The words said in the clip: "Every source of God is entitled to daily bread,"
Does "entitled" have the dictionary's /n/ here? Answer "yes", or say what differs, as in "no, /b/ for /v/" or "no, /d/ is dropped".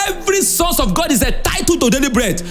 no, /n/ is dropped